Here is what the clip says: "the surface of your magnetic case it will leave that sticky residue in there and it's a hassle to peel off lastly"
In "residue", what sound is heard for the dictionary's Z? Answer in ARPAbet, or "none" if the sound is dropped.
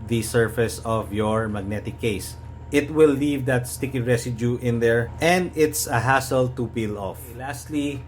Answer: S